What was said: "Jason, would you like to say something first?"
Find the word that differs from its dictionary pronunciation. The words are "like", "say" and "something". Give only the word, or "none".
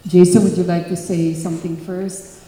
none